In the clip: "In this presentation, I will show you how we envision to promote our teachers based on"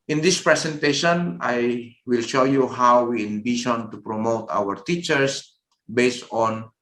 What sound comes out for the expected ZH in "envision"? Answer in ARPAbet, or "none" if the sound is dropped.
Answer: SH